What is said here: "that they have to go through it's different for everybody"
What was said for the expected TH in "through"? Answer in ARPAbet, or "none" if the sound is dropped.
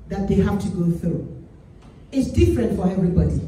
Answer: TH